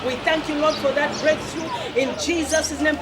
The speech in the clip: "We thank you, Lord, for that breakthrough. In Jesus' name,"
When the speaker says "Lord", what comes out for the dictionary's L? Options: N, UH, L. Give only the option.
L